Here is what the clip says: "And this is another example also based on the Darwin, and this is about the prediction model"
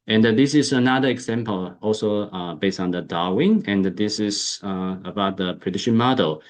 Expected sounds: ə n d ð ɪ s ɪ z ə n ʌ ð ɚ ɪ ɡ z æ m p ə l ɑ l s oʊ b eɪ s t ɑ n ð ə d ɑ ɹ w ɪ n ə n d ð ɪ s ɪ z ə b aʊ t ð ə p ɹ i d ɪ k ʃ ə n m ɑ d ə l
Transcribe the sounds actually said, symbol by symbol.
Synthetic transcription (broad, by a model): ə n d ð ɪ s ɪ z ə n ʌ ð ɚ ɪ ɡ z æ m p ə l ɑ l s oʊ b eɪ s t ɑ n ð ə d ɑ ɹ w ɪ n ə n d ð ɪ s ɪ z ə b aʊ t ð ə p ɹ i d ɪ ʃ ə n m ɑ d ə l